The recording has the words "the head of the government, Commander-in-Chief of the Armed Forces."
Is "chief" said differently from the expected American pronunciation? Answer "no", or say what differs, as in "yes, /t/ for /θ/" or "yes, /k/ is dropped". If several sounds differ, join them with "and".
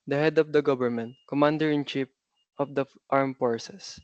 yes, /p/ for /f/